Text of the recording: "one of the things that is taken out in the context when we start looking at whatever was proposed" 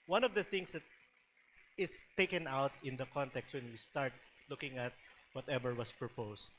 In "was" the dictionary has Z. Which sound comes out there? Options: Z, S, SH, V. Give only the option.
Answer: S